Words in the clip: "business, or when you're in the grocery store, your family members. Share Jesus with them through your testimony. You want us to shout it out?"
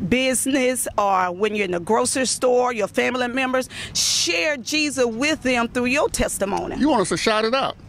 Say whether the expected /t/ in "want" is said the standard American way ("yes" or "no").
no